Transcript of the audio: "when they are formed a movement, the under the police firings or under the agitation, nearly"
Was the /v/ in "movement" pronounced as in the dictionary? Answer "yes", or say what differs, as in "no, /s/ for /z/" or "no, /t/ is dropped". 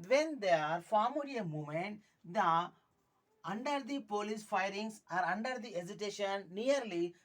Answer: no, /v/ is dropped